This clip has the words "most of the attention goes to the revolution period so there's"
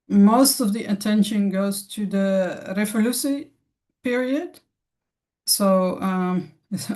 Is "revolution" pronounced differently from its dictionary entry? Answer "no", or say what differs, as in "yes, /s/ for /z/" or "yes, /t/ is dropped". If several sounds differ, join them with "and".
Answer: yes, /s/ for /ʃ/